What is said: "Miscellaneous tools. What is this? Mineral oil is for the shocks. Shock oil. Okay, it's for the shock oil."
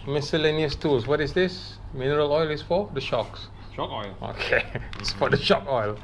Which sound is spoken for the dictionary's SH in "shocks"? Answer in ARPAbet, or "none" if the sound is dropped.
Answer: SH